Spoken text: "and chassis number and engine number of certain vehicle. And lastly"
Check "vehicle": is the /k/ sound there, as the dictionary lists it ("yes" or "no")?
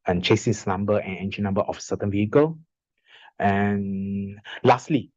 yes